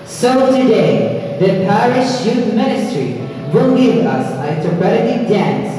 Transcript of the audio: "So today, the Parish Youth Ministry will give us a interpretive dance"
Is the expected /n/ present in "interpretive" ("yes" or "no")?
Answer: no